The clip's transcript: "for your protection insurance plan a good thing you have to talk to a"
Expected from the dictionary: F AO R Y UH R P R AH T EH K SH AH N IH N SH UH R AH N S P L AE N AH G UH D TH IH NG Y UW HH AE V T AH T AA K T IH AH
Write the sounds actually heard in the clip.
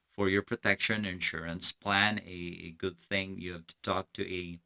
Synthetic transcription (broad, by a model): F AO R Y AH R P R AH T EH K SH AH N IH N SH UH R AH N S P L AE N AH G UH D TH IH NG Y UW HH AE V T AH T AA K T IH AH